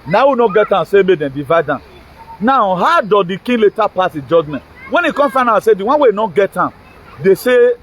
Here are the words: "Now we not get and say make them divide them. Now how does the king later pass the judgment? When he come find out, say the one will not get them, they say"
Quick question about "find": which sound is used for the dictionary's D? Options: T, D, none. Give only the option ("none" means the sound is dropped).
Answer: none